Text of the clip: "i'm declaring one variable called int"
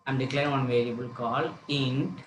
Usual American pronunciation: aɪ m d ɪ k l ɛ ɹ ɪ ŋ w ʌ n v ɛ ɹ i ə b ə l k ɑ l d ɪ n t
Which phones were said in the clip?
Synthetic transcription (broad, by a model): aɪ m d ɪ k l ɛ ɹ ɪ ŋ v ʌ n v ɛ ɹ i ə b ə l k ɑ l ɪ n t